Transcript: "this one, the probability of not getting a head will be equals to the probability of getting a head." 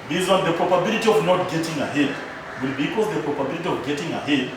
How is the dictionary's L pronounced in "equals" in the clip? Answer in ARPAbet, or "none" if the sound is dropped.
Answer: none